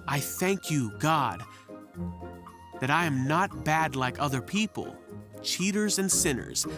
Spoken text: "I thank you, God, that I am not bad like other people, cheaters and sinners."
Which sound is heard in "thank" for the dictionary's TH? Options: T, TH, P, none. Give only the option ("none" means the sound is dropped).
TH